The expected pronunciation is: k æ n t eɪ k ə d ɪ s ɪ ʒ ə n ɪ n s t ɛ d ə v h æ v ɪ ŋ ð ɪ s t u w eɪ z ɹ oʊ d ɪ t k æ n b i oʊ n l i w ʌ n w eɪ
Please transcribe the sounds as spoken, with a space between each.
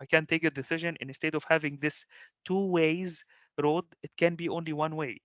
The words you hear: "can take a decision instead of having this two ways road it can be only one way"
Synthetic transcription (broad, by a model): k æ n t eɪ k ə d ɪ s ɪ ʒ ə n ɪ n s t ɛ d ə v h æ v ɪ ŋ ð ɪ s t u w eɪ z ɹ oʊ d ɪ t k æ n b i oʊ n l i w ʌ n w eɪ